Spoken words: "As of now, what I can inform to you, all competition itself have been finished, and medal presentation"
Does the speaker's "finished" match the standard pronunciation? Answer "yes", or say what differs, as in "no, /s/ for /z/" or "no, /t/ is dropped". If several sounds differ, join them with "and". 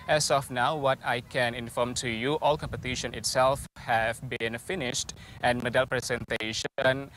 yes